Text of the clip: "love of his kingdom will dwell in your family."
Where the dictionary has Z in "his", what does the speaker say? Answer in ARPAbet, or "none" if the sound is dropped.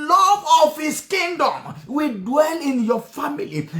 S